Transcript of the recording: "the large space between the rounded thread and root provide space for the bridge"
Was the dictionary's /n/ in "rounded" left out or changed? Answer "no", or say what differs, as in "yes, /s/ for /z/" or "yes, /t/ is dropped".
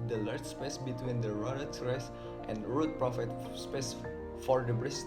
yes, /n/ is dropped